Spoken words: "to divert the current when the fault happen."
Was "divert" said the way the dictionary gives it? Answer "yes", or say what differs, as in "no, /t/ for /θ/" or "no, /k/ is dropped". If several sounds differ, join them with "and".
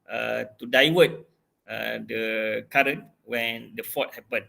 no, /w/ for /v/